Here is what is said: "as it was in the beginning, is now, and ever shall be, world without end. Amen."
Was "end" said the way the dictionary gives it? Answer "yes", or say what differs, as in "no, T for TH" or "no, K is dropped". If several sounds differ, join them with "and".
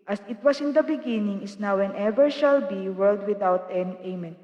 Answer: no, D is dropped